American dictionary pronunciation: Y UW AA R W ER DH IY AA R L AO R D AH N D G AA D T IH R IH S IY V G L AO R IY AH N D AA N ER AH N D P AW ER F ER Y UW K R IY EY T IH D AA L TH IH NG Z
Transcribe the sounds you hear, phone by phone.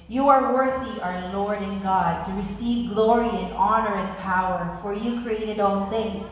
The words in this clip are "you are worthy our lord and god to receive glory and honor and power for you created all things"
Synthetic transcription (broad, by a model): Y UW AA R W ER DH IY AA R L AO R D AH N G AA D T IH R IH S IY V G L AO R IY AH N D AA N ER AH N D P AW ER F ER Y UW K R IY EY T IH D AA N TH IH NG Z